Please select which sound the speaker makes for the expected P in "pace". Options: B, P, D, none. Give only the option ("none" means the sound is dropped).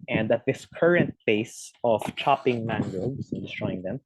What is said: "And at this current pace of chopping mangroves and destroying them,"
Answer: B